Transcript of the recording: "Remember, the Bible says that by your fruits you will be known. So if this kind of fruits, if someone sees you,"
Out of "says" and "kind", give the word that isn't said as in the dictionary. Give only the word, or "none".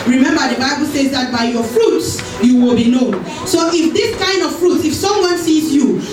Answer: none